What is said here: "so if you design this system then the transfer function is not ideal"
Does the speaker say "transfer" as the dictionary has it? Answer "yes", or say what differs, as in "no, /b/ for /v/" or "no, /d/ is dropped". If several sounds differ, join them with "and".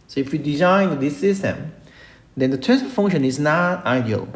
no, /ɹ/ is dropped and /n/ is dropped